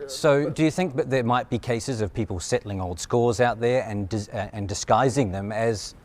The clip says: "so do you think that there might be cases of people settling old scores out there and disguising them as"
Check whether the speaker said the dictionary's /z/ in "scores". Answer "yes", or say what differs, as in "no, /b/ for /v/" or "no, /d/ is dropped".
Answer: yes